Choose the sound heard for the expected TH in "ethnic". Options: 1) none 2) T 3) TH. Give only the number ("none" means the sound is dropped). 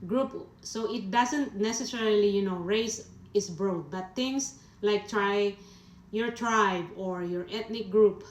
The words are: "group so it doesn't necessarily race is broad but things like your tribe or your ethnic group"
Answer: 2